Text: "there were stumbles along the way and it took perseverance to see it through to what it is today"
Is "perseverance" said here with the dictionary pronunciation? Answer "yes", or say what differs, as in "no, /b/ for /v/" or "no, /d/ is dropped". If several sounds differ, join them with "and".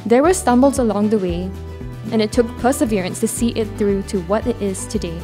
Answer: yes